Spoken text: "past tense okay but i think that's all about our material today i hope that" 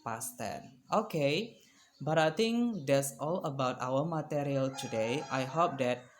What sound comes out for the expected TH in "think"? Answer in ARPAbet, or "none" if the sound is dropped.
T